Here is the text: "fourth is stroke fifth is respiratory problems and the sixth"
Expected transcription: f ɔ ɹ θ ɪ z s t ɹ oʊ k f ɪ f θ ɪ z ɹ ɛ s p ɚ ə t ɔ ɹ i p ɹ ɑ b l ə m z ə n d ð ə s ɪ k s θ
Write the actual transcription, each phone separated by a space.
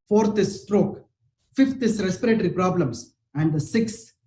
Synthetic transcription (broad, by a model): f ɔ ɹ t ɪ s t ɹ oʊ k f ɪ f t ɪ s ɹ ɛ s p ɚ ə t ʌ ɹ i p ɹ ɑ b l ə m s ə n d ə s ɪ k s